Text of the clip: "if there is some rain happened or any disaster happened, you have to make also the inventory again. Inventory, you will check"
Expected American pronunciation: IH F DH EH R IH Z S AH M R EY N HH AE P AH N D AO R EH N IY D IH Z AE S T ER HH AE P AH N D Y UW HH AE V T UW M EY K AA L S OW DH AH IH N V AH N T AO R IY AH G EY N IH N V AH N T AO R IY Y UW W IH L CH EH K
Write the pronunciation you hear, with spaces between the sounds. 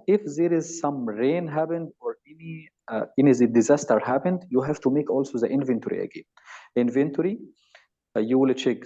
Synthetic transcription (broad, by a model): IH F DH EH R IH Z S AH M R EY N HH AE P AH N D AO R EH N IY D IH Z AE S T ER HH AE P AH N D Y UW HH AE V T UW M EY K AA L S OW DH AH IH N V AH N T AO R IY AH G EY N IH N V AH N T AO R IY Y UW W IH L CH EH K